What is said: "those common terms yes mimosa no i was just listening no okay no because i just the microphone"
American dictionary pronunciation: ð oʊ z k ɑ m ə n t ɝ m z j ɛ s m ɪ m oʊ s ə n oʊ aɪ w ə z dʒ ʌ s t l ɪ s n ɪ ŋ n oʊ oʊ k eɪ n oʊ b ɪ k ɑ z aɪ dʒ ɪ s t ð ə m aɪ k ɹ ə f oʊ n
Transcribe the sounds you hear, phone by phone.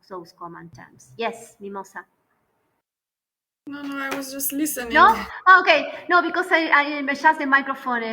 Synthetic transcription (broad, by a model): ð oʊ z k ɑ m ə n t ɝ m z j ɛ s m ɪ m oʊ s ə n oʊ aɪ w ə z dʒ ʌ s t l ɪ s ɪ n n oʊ oʊ k eɪ n oʊ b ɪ k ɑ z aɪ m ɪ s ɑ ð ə m aɪ k ɹ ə f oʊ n